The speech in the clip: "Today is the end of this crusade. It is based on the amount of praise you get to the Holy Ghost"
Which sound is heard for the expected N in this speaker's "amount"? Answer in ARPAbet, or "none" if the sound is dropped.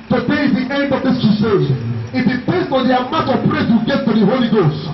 none